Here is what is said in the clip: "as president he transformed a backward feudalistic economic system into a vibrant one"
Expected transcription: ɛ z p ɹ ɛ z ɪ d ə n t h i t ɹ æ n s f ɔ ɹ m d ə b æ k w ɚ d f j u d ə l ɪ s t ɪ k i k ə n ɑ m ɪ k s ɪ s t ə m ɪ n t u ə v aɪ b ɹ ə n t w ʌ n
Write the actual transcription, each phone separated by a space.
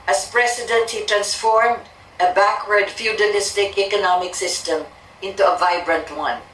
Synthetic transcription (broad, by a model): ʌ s p ɹ ɛ s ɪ d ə n t h i t ɹ æ n s f ɔ ɹ m d ə b æ k w ɚ d f j u d ə l ɪ s t ɪ k i k ə n ɑ m ɪ k s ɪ s t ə m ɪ n t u ə v aɪ b ɹ ə n t w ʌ n